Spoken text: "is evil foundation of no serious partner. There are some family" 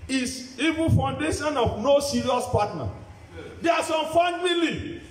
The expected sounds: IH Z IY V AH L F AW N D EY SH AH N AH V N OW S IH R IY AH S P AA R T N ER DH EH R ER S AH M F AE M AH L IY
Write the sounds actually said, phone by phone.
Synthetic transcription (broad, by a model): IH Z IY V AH N F AW N D EY SH AH N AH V N OW S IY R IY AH S P AA T N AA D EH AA S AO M F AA M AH L IY